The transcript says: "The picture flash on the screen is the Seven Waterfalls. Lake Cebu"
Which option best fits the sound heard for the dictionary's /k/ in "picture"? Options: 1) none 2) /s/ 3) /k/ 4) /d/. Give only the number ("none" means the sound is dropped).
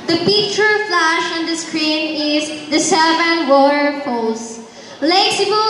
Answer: 1